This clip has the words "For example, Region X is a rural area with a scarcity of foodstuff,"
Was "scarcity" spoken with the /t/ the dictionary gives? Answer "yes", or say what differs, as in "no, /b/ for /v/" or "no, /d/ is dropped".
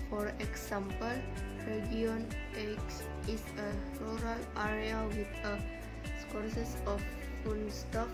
no, /s/ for /t/